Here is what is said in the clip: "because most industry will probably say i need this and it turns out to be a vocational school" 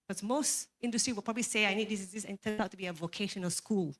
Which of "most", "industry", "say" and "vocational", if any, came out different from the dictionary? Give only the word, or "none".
none